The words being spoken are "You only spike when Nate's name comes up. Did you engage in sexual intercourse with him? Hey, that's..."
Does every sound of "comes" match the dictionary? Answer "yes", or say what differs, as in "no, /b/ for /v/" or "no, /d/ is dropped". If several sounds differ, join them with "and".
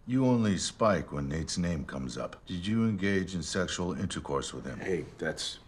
yes